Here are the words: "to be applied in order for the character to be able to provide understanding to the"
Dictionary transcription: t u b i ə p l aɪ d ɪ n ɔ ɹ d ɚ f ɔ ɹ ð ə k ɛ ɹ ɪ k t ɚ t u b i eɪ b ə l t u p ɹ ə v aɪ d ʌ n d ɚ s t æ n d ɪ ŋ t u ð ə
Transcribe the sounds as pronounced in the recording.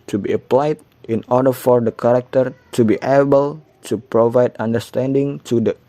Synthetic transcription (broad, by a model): t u b i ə p l aɪ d ɪ n ɔ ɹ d ɚ f ɔ ɹ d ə k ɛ ɹ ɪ k t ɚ t u b i eɪ b ə l t u p ɹ ə v aɪ d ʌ n d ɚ s t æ n d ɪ ŋ t u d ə